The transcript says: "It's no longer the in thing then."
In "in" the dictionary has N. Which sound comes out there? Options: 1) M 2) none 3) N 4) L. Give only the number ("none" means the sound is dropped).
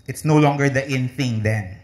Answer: 3